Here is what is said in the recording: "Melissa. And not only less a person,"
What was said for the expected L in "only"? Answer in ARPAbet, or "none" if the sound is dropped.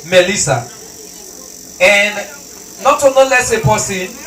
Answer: none